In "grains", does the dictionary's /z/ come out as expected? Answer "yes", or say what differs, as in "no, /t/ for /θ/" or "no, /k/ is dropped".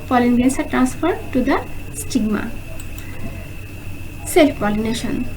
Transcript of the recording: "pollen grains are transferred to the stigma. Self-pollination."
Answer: no, /s/ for /z/